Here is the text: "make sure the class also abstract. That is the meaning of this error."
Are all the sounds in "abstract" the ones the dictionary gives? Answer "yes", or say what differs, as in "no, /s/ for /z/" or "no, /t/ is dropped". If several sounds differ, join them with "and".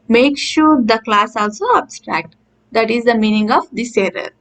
yes